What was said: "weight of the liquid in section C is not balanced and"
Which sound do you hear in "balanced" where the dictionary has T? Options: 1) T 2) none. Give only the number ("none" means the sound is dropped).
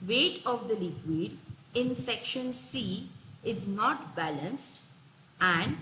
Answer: 1